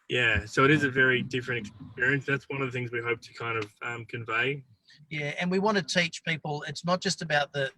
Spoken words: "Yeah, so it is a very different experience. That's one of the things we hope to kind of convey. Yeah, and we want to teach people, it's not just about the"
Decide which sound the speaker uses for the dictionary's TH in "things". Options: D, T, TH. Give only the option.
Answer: TH